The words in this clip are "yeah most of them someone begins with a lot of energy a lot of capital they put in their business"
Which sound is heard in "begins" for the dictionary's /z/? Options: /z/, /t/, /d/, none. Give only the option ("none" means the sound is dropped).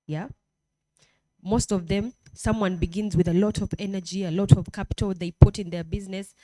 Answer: /z/